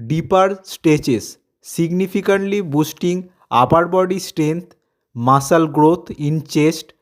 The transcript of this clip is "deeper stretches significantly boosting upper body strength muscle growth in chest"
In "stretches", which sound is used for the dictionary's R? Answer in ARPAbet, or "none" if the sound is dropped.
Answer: none